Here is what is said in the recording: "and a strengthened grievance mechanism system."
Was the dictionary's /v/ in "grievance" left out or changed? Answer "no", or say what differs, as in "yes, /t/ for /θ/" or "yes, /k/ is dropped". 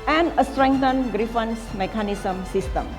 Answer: yes, /f/ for /v/